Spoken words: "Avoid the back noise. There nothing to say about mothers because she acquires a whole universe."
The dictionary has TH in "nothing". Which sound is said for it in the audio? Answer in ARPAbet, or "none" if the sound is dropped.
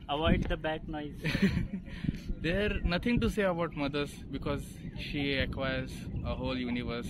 T